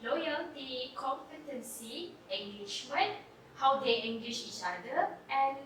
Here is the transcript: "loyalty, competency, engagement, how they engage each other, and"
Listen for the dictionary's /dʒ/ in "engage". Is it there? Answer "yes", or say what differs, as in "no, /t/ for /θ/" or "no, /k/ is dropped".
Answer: no, /ʃ/ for /dʒ/